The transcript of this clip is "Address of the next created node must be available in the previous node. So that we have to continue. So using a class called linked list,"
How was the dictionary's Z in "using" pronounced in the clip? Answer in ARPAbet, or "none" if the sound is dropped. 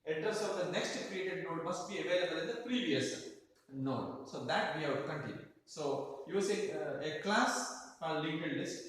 S